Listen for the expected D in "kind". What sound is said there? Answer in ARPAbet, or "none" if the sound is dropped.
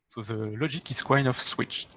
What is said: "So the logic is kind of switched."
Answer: none